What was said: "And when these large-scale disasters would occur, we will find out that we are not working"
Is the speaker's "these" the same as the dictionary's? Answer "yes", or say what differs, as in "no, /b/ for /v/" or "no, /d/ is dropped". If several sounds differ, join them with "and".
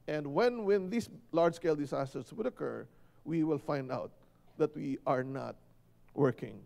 no, /s/ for /z/